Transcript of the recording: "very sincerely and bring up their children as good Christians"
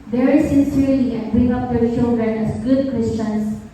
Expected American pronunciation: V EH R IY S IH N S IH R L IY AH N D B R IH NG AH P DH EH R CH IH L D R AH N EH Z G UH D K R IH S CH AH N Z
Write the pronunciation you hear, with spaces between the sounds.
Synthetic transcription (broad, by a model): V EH R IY S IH N S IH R L IY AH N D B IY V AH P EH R SH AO D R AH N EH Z G UH D K R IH S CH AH N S